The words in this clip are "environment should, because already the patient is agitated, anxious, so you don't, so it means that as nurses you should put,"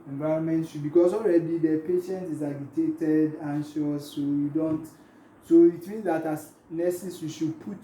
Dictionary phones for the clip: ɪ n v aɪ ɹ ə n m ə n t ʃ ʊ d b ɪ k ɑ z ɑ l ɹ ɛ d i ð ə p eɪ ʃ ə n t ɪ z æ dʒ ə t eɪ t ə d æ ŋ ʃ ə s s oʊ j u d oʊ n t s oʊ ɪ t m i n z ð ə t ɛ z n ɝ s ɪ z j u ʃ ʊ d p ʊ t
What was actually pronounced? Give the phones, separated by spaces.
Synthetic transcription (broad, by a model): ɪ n v aɪ ɹ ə n m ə n t ʃ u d b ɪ k ɑ s ɑ l ɹ ɛ d i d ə p eɪ ʃ ə n t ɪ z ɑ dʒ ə t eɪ t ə d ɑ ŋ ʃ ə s s oʊ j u d oʊ n t s oʊ ɪ t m i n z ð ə t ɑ s n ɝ s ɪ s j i ʃ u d p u t